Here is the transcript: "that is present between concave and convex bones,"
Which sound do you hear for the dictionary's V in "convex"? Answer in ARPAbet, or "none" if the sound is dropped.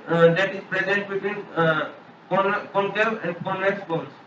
none